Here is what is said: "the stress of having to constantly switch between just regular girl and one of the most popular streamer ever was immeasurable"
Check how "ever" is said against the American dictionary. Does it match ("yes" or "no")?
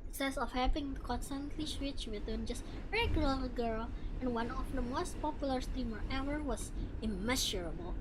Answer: no